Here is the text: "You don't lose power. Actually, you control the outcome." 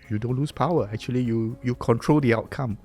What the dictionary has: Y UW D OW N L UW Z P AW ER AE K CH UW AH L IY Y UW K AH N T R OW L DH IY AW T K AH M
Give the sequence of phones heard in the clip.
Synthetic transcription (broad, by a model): Y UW D OW N L UW S P AW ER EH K CH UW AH L IY Y UW K AH N T R OW L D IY AW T K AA M